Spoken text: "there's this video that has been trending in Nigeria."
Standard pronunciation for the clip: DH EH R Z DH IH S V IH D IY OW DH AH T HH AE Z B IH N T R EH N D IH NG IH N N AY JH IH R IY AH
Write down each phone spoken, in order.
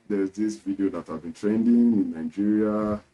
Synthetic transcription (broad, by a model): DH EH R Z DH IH S V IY D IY OW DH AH T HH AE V B IH N T R EH N D IH NG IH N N AY JH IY R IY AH